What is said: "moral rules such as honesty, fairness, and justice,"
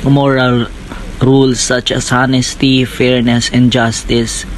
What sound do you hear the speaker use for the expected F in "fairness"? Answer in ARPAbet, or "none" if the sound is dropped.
F